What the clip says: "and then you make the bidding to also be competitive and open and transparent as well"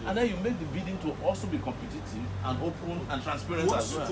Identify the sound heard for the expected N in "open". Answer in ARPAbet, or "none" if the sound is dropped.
L